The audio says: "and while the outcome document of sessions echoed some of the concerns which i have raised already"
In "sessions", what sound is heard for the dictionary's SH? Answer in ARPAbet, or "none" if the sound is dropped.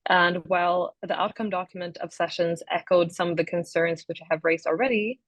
SH